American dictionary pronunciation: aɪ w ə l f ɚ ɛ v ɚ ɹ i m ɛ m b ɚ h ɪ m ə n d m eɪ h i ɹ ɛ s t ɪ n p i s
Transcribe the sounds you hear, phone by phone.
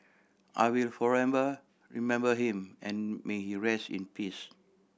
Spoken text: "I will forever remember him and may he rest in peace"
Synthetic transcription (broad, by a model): aɪ w ə l f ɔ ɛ b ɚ ɹ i m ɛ m b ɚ h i m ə n m eɪ h i ɹ ɛ s t ɪ n p i s